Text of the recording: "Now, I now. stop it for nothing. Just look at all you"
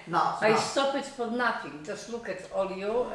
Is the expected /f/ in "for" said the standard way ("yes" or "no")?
no